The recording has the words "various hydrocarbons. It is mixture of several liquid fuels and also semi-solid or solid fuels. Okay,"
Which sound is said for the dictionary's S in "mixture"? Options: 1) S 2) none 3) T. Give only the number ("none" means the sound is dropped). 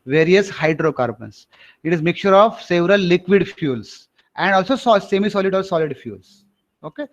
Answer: 2